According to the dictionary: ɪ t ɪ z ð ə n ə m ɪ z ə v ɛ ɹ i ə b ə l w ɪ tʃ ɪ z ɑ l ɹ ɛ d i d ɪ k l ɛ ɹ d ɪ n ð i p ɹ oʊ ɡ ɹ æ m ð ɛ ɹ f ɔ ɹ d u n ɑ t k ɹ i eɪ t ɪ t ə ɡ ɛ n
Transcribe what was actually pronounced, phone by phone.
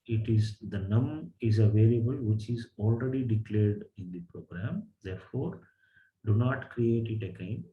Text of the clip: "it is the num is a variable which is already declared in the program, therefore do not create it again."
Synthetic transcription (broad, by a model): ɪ t ɪ z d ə n ə m ɪ z ə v ɛ l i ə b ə l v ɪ tʃ ɪ z ɑ l ɹ ɛ d i d ɪ k l ɛ ɹ d ɪ n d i p ɹ oʊ ɡ ɹ æ m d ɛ ɹ f ɔ ɹ d u n ɑ t k ɹ i eɪ t ɪ t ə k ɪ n